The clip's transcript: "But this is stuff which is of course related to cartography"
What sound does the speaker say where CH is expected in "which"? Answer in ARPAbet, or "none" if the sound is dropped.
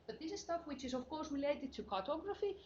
CH